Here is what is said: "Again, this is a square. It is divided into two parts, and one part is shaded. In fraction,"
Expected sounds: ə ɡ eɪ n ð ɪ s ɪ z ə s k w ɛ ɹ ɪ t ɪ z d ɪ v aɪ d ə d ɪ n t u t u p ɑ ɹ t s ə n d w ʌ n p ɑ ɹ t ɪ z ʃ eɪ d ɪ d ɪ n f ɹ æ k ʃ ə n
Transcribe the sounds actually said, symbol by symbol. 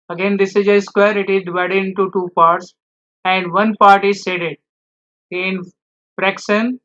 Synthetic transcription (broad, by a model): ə ɡ eɪ n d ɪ s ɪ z ə s k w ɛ ɹ ɪ t ɪ z d ɪ v aɪ d ə d ɪ n t u t u p ɑ ɹ t s ə n d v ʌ n p ɑ ɹ t ɪ z s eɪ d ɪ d ɪ n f ɹ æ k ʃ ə n